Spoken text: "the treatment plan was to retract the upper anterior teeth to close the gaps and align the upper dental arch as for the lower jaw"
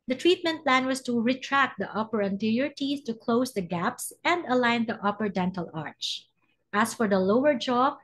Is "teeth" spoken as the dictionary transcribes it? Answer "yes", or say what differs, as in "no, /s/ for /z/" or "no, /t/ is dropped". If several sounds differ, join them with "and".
no, /s/ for /θ/